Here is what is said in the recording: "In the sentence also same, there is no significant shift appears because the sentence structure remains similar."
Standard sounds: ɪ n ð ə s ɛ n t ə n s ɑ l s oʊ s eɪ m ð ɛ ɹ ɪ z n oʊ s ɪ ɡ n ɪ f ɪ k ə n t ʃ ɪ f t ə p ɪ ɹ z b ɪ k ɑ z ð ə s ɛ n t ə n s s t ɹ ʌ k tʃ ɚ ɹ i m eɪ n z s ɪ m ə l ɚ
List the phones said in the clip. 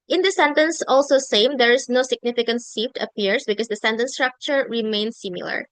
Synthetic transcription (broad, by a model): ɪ n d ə s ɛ n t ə n s ɑ l s oʊ s eɪ m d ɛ ɹ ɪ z n oʊ s ɪ ɡ n ɪ f ɪ k ə n t s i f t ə p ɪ ɹ s b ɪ k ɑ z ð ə s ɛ n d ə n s s t ɹ ʌ k tʃ ɚ ɹ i m eɪ n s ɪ m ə l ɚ